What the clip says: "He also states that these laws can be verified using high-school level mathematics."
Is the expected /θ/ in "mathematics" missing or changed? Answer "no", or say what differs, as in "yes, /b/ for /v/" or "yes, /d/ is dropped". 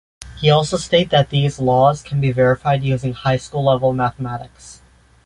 no